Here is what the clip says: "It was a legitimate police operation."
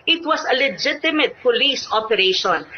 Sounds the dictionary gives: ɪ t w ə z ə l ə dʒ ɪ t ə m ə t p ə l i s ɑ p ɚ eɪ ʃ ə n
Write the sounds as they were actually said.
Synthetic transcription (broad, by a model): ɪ t w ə s ə l ə dʒ ɪ t ə m ə t p ə l i s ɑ p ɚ eɪ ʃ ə n